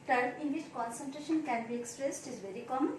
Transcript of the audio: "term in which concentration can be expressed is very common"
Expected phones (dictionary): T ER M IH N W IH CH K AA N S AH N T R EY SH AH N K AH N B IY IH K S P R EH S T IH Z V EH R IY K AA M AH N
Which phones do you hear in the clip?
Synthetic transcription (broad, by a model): T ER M IH N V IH CH K AA N S AH N T R EY SH AH N K AH N B IY IH K S P R EH S T IH Z V EH R IY K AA M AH N